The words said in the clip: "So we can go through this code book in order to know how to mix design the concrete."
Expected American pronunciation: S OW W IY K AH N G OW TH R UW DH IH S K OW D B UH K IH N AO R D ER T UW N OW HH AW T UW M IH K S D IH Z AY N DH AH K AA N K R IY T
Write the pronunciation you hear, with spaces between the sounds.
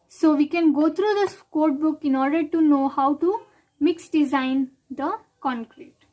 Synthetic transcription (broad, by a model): S OW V IY K AH N G OW T R UW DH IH S K OW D B UH K IH N AO R D ER T UW N OW HH AW T UW M IH K S D IH Z AY N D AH K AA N K R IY T